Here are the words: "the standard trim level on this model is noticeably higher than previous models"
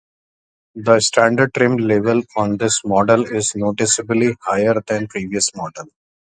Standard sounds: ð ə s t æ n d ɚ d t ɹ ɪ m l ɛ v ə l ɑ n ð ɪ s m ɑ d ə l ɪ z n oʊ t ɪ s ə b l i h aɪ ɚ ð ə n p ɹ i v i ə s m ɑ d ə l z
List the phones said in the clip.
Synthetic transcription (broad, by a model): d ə s t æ n d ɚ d t ɹ ɪ m l ɛ v ə l ɑ n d ɪ s m ɑ d ə l ɪ z n oʊ t ɪ s ə b l i h aɪ ɚ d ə n p ɹ i v i ə s m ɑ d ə l